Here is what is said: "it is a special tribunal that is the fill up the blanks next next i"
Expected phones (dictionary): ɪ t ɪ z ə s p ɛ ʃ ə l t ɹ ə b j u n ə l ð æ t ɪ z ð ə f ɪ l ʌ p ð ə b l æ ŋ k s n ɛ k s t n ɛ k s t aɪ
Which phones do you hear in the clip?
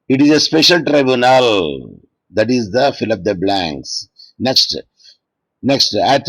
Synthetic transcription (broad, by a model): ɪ t ɪ z ə s p ɛ ʃ ə l t ɹ ə b j u n ə l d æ t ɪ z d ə f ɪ l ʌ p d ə b l æ ŋ k s n ɛ k s t n ɛ k s t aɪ